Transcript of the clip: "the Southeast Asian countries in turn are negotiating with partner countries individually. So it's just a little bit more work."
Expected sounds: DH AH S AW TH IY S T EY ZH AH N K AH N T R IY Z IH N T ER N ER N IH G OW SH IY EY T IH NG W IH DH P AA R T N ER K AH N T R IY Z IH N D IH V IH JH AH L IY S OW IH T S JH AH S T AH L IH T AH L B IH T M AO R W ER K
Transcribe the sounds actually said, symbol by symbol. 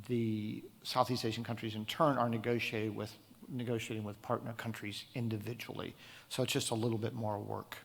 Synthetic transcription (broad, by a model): DH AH S AW TH IY S T EY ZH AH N K AH N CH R IY Z IH N T ER N ER N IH G OW SH IY EY T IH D W IH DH P AA R T N ER K AH N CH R IY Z IH N D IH V IH JH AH L IY S OW IH T S JH AH S T AH L IH T L B IH T M AO R W ER K